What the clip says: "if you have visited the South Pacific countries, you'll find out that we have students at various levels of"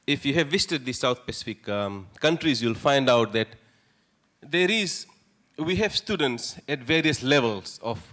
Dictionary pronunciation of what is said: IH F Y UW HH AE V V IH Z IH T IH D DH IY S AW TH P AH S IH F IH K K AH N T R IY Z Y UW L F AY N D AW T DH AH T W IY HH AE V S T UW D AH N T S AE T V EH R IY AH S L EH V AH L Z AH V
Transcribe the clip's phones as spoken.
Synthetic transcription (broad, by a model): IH F Y UW HH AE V V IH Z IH T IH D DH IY S AW T P AH S IH F IH K K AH N T R IY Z Y UW L F AY N D AW T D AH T W IY HH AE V S T UW D AH N T S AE T V EH R IY AH S L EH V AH L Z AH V